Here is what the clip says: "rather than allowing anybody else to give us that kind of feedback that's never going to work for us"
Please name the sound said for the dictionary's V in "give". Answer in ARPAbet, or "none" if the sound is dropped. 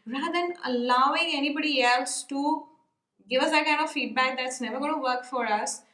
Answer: V